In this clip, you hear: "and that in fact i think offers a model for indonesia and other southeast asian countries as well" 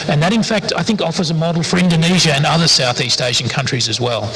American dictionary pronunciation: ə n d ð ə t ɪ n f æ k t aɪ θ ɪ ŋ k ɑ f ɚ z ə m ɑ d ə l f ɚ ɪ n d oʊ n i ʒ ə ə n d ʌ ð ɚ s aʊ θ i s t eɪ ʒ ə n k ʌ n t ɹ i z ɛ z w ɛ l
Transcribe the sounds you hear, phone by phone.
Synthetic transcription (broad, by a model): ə n ð ə t ɪ n f æ k t aɪ θ ɪ ŋ k ɑ f ɚ z ə m ɑ d l f ɚ ɪ n d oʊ n i ʒ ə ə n ʌ ð ɚ s aʊ θ i s t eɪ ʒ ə n k ʌ n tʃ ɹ i z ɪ z w ɛ l